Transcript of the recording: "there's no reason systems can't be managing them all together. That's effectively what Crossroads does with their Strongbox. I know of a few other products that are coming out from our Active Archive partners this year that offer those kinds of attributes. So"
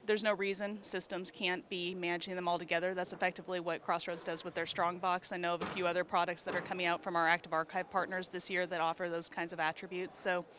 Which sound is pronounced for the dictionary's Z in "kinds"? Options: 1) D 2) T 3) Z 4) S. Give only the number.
3